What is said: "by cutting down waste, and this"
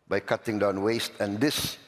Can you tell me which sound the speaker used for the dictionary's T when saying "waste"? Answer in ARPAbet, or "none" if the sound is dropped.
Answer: T